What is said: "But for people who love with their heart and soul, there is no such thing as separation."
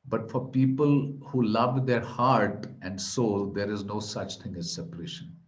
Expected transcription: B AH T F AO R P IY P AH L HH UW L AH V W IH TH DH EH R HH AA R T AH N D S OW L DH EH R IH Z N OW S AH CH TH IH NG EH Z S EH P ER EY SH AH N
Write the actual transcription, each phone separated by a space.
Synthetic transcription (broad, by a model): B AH T F AO R P IY P AH L HH UW L AH V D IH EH R HH AA R T AH N D S OW L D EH R IH Z N OW S AH CH T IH NG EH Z S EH P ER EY SH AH N